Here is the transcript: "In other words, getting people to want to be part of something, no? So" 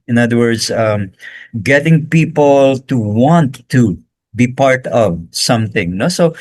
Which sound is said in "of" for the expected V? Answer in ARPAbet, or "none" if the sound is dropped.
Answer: V